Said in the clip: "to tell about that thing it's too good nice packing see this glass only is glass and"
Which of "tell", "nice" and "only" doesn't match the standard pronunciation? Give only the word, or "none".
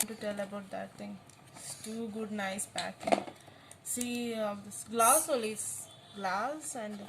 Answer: only